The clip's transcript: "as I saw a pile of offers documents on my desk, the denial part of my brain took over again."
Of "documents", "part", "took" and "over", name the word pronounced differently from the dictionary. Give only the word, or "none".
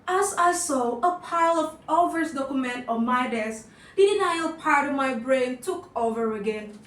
documents